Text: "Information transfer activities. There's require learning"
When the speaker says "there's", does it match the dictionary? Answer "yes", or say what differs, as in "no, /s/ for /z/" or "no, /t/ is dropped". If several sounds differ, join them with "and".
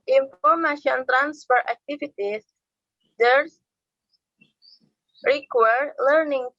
no, /z/ is dropped